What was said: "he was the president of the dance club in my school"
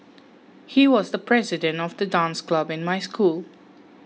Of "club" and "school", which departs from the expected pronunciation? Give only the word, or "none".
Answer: none